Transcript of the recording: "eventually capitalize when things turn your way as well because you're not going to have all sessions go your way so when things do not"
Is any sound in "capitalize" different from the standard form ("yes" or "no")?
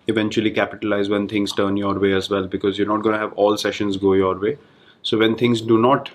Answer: no